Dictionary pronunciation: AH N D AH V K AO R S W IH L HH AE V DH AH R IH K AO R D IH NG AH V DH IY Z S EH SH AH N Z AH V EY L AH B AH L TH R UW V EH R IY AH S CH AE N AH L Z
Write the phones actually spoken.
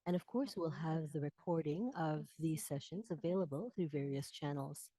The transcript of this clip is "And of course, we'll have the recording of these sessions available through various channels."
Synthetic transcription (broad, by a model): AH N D AH V K AO R S W IH L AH V DH AH R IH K AO R D IH NG AH V DH IY Z S EH SH AH N Z AH V EY L AH B AH L TH R UW V EH R IY AH S CH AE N L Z